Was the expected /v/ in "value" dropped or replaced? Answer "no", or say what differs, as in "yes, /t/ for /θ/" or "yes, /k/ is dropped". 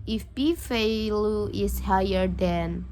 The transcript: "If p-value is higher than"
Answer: yes, /f/ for /v/